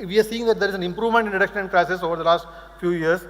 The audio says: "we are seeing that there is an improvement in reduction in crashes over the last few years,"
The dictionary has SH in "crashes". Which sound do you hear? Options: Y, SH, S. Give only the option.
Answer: S